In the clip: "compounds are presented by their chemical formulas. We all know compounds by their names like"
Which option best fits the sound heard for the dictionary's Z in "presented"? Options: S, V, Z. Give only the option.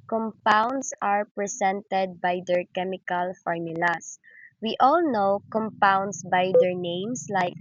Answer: S